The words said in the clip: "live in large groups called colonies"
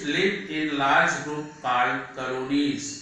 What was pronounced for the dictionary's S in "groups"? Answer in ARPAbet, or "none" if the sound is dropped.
none